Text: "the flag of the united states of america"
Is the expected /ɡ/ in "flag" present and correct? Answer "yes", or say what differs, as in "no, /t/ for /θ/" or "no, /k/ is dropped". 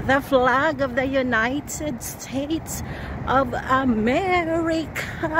yes